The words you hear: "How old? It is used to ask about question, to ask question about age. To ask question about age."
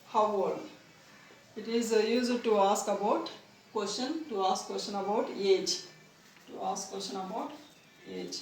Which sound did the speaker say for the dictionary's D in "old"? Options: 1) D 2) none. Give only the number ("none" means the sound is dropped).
2